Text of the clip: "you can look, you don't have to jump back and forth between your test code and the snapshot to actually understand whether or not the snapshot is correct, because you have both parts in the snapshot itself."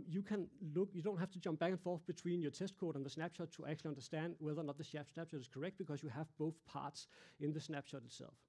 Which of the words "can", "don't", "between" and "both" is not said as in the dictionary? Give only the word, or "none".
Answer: between